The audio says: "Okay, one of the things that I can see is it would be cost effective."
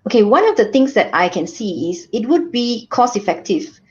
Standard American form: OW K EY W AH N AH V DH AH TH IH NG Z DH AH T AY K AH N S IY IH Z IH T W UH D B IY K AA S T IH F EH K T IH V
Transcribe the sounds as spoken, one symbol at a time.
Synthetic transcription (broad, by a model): OW K EY W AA N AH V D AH T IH NG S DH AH T AY K AH N S IY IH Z IH T W UH D B IY K AA S IH F EH K T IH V